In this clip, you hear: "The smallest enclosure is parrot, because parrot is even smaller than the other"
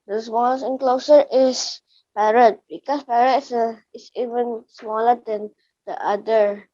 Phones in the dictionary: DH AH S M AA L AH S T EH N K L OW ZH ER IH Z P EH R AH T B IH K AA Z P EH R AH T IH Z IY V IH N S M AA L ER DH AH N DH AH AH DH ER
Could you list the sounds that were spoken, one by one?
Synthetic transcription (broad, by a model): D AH S M AA L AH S EH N K L OW S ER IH S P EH R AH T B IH K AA S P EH R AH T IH S IY V IH N S M AA L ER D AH N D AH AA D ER